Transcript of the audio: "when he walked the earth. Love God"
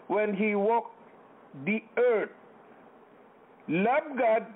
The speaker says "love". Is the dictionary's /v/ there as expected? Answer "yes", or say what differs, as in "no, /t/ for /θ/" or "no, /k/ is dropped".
no, /b/ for /v/